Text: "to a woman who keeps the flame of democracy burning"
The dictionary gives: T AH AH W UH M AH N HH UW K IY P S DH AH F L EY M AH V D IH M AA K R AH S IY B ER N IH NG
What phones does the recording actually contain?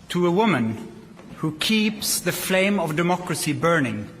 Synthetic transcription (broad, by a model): T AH AH W UH M AH N HH UW K IY P S DH AH F L EY M AH V D IH M AA K R AH S IY B ER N IH NG